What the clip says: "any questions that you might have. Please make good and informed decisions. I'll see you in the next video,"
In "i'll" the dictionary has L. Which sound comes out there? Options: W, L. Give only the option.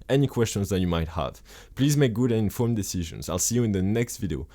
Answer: L